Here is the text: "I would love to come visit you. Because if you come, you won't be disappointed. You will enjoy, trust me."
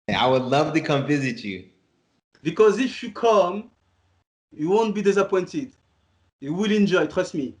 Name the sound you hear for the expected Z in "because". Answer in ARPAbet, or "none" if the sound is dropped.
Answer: Z